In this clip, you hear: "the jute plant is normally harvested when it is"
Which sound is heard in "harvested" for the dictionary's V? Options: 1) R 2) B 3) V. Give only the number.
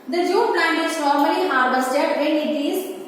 2